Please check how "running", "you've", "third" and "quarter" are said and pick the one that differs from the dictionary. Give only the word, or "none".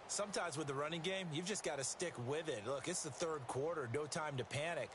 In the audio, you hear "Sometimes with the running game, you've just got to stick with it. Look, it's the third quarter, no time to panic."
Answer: none